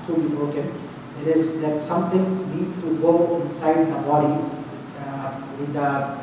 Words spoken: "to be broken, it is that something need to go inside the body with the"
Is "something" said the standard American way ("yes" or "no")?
no